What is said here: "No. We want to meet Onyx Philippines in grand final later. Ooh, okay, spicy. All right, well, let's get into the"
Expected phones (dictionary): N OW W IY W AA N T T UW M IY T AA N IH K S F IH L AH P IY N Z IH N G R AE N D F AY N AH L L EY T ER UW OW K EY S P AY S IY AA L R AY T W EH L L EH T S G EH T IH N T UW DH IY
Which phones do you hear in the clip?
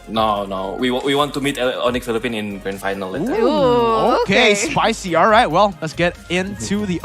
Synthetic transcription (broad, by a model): N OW W IY W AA N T T UW M IY T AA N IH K F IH L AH P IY N IH N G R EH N F AY N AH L L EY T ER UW OW K EY S P AY S IY AA L R AY T W EH L L EH T S G EH T IH N T UW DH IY